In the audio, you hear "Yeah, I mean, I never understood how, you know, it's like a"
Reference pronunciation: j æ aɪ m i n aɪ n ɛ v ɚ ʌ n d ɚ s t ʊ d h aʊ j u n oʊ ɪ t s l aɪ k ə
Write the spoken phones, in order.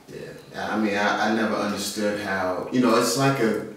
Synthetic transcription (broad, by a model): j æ aɪ m i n aɪ n ɛ v ɚ ʌ n d ɚ s t ʊ d h aʊ j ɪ n oʊ ɪ t s l aɪ k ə